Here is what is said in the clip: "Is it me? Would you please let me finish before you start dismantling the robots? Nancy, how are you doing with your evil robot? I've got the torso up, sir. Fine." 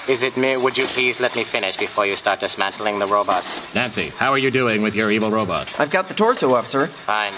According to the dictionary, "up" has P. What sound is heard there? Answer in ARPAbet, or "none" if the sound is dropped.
F